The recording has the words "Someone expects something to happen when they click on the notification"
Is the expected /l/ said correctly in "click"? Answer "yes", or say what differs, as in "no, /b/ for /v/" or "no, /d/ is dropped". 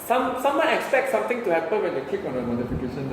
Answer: no, /l/ is dropped